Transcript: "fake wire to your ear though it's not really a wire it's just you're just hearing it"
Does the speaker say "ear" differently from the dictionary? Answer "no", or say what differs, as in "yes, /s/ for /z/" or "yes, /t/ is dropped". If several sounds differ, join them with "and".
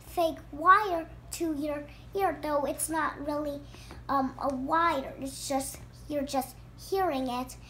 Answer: no